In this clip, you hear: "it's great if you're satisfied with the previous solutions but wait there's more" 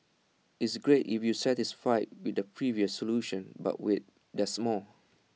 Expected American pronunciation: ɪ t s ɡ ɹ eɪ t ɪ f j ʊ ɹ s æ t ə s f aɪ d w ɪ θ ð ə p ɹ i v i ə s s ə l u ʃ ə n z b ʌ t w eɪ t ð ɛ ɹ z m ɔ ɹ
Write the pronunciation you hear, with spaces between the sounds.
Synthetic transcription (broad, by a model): ɪ t s ɡ ɹ eɪ t ɪ f j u s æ t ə s f aɪ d w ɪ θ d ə p ɹ i v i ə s s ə l u ʃ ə n b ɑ t w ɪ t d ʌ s m ɔ l